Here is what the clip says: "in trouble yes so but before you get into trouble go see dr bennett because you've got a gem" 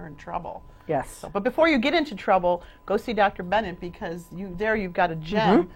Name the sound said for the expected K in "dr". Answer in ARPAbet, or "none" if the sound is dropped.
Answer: K